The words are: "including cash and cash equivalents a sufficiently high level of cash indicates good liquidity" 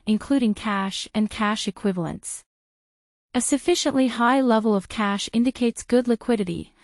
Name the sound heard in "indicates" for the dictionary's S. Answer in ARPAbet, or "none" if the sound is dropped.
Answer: S